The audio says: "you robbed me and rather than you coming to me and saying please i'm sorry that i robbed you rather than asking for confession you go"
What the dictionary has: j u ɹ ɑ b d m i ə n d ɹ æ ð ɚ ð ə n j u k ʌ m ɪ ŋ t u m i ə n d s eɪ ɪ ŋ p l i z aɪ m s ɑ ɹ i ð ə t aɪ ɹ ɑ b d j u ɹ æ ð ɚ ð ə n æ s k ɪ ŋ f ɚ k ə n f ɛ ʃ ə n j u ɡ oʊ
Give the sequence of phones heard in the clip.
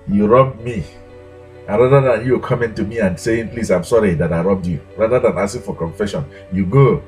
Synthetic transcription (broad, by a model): j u ɹ ɑ b d m i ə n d ɹ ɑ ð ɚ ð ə n j u k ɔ m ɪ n t u m i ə n s eɪ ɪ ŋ p l i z aɪ m s ɑ ɹ i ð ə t aɪ ɹ ɑ b d j u ɹ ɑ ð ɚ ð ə n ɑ s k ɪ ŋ f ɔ k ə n f ɛ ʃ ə n j u ɡ oʊ